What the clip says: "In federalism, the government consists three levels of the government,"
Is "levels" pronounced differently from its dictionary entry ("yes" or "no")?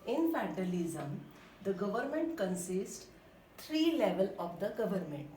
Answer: yes